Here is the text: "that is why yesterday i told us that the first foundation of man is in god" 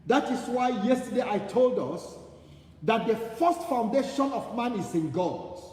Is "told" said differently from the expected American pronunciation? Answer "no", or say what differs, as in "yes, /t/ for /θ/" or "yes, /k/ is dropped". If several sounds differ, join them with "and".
no